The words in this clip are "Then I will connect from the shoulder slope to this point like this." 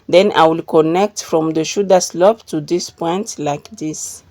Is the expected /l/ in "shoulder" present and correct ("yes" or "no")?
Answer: no